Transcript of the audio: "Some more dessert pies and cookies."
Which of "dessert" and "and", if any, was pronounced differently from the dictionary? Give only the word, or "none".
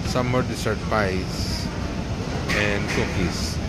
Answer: dessert